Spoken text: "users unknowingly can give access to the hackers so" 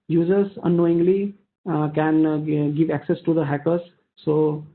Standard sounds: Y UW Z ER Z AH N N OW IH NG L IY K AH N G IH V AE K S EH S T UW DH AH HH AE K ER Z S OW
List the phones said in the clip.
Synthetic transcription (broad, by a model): Y UW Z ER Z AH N N OW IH NG L IY K AH N G IH V AE K S EH S T UW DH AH HH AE K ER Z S OW